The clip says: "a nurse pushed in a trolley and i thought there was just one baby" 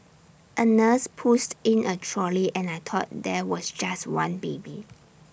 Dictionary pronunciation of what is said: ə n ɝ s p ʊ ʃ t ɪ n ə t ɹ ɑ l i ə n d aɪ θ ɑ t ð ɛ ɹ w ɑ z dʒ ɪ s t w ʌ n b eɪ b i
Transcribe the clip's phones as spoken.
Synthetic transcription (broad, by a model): ə n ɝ s p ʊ s t ɪ n ə t ɹ ɑ l i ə n aɪ t ɑ t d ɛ w ɑ s dʒ ɪ s t w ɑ n b eɪ b i